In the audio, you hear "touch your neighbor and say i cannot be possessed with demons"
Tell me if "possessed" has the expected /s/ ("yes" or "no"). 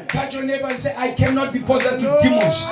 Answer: no